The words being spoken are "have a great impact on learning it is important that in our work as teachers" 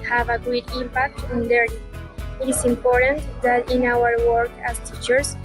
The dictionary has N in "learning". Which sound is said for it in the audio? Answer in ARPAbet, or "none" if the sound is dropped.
none